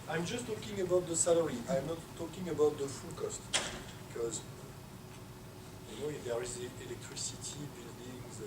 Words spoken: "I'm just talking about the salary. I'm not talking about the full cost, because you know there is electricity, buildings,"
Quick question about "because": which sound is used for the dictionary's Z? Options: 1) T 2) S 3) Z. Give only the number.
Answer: 3